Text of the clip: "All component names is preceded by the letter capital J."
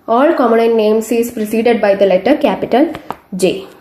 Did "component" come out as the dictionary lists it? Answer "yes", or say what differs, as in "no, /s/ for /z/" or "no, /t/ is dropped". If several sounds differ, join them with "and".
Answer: no, /p/ is dropped